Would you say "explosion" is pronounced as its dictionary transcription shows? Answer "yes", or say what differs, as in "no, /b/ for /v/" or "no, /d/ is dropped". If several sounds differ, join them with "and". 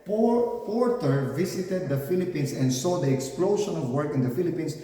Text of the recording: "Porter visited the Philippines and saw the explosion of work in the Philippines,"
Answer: no, /ʃ/ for /ʒ/